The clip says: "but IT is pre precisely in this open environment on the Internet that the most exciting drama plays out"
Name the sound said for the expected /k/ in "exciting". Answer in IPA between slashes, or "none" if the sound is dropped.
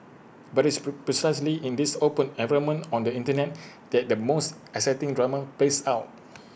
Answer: none